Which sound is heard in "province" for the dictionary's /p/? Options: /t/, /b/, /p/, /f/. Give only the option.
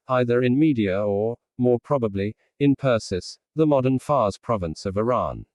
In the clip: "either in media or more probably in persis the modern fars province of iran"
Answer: /p/